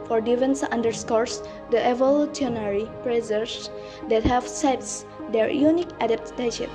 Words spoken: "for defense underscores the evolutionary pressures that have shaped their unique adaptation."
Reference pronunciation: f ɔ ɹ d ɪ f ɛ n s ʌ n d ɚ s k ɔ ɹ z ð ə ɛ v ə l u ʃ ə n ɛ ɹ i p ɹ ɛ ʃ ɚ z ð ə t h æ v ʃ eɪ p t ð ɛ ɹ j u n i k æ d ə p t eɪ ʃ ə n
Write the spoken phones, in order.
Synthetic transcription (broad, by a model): f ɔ ɹ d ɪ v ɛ n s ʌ n d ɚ s k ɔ ɹ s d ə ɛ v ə l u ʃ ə n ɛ ɹ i p ɹ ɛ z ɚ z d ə t h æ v s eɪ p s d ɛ ɹ j u n i k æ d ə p t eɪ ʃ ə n